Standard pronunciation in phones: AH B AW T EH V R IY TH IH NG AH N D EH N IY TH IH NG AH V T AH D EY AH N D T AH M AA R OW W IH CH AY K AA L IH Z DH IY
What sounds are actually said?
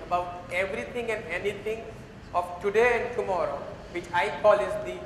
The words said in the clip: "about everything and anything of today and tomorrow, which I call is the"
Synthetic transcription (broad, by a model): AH B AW T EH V R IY T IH NG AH N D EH N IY T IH NG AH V T AH D EY AH N D T AH M AA R OW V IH CH AY K AA L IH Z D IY